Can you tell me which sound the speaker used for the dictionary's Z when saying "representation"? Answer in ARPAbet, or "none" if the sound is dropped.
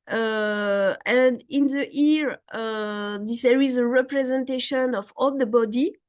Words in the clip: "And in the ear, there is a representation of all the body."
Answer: Z